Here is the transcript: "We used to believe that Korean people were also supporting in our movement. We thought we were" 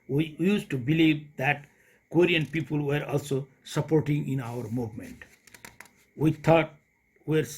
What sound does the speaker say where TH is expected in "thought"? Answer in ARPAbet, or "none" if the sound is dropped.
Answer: T